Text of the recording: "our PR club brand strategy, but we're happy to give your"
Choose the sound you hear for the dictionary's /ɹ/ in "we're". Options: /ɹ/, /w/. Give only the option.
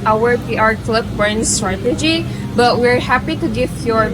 /ɹ/